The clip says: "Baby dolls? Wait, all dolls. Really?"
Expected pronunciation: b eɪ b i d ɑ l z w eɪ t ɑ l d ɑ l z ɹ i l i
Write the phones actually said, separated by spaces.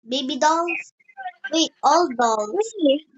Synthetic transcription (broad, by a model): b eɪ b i d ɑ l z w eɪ ɑ l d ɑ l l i